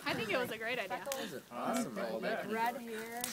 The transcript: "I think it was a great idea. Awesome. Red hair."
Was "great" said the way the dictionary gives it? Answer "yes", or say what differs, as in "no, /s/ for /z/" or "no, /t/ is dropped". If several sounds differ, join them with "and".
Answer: yes